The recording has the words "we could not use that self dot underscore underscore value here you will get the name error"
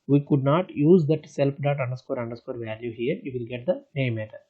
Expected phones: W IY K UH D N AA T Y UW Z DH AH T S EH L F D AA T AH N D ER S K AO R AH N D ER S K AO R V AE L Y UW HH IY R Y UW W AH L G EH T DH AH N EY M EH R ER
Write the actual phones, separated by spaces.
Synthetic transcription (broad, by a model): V IY K UH D N AA T Y UW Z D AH T S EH L P D AA T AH N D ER S K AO R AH N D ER S K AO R V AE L Y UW HH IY R Y UW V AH L G EH T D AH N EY M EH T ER